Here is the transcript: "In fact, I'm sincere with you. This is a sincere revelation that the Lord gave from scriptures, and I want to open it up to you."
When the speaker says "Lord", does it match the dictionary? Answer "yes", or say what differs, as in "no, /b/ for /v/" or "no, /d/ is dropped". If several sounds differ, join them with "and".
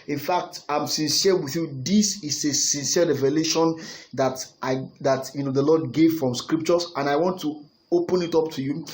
no, /n/ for /l/ and /l/ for /ɹ/